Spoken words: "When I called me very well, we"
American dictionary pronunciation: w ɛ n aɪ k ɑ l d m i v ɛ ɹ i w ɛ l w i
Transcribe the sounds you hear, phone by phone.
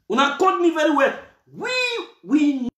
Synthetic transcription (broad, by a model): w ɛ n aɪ k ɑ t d m i v ɛ ɹ i w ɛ w w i